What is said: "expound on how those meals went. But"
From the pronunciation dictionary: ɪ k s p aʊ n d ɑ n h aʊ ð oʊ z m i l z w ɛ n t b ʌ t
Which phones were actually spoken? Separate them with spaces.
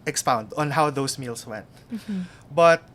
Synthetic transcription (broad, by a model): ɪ k s p aʊ n d ɑ n h aʊ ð oʊ s m i l s w ɛ n t b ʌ t